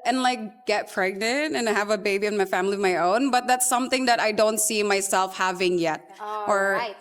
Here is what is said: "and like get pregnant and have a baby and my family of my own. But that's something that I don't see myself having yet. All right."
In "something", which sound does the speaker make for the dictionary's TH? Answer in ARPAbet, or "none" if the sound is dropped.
TH